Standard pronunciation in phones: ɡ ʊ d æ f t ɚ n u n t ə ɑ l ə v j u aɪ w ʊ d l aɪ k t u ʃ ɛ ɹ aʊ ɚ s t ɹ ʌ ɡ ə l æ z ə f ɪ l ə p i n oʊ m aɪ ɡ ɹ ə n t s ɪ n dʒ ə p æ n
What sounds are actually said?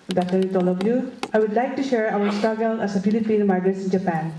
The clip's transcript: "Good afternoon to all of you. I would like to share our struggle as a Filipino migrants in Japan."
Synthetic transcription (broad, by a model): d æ t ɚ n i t ɑ l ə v j u aɪ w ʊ d l aɪ k t u ʃ ɛ ɹ aʊ ɚ s t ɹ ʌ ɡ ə l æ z ə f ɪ l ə p i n m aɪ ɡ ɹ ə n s ɪ n dʒ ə p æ n